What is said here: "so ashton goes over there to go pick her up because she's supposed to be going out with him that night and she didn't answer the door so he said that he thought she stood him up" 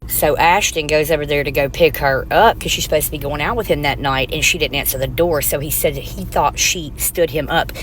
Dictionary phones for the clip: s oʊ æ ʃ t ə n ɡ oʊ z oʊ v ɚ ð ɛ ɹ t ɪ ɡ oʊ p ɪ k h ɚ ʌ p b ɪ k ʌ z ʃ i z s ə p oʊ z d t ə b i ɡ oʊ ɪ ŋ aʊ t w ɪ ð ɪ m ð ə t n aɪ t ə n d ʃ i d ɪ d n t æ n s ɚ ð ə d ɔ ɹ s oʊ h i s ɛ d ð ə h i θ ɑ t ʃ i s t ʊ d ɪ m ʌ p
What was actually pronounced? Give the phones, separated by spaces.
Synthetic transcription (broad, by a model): s oʊ æ ʃ t ə n ɡ oʊ z oʊ v ɚ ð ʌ ɹ t ɪ ɡ oʊ p ɪ k h ɚ ʌ p k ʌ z ʃ i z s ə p oʊ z t ə b i ɡ oʊ ɪ ŋ aʊ t w ɪ ð ɪ m ð ə t n aɪ t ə n ʃ i d ɪ d n t æ n s ɚ ð ə d ɔ ɹ s oʊ i s ɛ d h i θ ɑ t ʃ i s t ʊ d ɪ m ʌ p